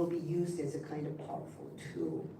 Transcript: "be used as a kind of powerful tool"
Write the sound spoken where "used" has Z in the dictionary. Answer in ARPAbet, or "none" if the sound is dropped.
Z